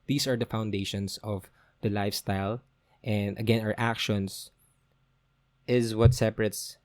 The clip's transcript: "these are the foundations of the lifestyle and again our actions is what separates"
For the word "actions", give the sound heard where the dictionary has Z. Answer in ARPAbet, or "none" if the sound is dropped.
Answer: S